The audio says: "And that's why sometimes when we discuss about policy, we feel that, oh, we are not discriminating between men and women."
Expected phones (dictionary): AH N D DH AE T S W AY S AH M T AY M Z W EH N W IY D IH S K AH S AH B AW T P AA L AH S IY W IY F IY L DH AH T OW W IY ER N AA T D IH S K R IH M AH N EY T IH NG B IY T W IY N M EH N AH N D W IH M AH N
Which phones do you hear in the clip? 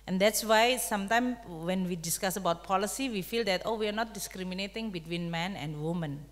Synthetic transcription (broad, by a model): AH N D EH T S W AY S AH M T AY M W EH N W IY D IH S K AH S AH B AW T P AA L AH S IY W IY F IY L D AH T OW W IY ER N AA T D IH S K R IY M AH N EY T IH NG B IY T W IY N M EH N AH N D W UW M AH N